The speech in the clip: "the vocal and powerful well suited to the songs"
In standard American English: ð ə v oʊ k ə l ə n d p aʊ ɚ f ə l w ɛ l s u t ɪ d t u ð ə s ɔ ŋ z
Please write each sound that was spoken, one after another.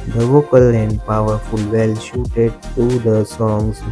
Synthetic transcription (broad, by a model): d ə v oʊ k ə l ə n d p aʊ ɚ f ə l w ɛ l ʃ u t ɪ d t u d ə s ɔ ŋ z